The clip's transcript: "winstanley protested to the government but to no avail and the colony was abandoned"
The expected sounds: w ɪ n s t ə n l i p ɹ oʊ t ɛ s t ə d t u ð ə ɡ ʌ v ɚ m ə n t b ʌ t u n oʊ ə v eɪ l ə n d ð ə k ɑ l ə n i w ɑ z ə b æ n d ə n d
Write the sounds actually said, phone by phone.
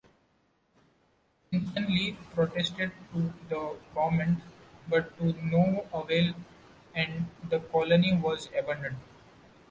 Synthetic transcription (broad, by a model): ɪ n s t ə n l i p ɹ oʊ t ɛ s t ə d t u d ə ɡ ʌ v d m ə n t b ʌ t u n oʊ ə v eɪ l ə n d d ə k ɑ l ə n i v ɑ z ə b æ n d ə n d